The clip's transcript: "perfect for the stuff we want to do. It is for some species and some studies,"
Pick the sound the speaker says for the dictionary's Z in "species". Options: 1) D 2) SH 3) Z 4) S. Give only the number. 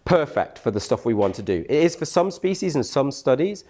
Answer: 3